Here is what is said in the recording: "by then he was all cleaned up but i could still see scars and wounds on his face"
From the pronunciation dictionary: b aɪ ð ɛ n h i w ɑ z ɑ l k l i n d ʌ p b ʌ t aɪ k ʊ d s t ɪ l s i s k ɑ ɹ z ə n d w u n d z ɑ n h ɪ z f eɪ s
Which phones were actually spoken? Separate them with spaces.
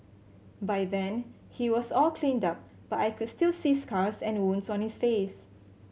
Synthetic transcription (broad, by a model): b aɪ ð ɛ n h i w ɑ s ɑ l k l i n d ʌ p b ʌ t aɪ k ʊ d s t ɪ l s i s k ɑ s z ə n w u n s ɑ n h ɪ s f eɪ s